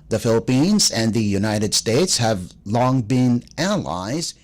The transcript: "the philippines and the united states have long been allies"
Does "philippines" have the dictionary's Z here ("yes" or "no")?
yes